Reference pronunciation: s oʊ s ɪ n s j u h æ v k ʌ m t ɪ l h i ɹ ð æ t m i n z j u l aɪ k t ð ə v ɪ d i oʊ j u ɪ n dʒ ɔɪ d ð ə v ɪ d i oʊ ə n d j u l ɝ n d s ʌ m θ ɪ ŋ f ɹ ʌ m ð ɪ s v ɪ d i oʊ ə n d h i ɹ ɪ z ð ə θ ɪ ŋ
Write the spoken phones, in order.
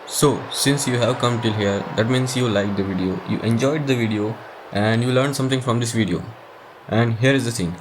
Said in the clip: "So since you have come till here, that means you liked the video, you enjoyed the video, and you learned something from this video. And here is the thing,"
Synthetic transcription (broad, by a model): s oʊ s ɪ n s j u h æ v k ʌ m t ɪ l h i ɹ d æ t m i n s j u l aɪ k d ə v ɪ d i oʊ j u ɪ n dʒ ɔɪ d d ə v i d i oʊ ə n d j u l ɝ n d s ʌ m t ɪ ŋ f ɹ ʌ m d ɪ s v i d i oʊ ə n d h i ɹ ɪ z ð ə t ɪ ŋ